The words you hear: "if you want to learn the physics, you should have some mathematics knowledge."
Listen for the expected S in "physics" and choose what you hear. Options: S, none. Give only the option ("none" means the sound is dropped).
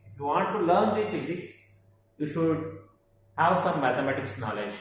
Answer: S